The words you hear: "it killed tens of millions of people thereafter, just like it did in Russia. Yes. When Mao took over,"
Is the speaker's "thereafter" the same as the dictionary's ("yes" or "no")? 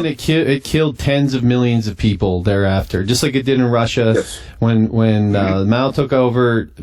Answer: yes